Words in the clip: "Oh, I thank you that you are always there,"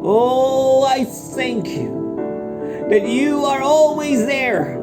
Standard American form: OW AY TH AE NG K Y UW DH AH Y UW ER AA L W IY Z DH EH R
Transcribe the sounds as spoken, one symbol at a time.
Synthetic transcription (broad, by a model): OW AY TH AE NG K Y UW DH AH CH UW ER AA L W IY Z DH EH R